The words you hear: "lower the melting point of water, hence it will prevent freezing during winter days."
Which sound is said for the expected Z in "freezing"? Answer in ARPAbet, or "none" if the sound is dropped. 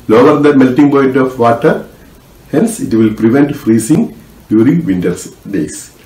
S